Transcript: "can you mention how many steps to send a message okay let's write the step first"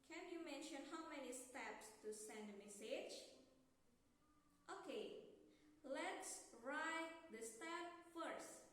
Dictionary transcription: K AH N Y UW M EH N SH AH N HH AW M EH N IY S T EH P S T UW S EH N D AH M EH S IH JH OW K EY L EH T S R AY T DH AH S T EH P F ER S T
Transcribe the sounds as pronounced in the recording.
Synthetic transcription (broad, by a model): K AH N Y UW M EH N SH AH N HH AW M EH N IY S T EH P S T UW S EH N D AH M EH S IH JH OW K EY L EH T S R AY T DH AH S T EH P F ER S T